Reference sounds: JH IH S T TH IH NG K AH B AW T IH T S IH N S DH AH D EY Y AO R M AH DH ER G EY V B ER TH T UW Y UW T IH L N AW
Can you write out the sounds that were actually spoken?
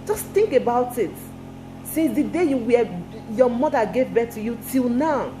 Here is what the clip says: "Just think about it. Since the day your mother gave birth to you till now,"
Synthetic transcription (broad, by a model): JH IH S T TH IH NG K AH B AW T IH T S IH S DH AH D EY Y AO M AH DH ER G EY V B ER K T UW Y UW T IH L N AW